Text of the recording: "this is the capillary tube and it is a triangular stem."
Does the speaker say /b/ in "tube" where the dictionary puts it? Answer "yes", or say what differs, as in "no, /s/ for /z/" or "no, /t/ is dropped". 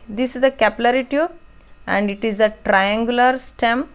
no, /b/ is dropped